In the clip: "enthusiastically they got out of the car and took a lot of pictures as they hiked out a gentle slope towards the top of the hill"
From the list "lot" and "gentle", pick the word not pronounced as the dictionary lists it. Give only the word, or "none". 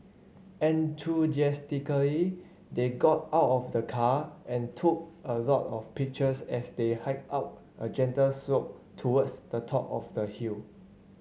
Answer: none